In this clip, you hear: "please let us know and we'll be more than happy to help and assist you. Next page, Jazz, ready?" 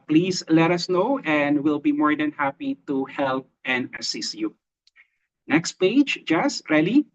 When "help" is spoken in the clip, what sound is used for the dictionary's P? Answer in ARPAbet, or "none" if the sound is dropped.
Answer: P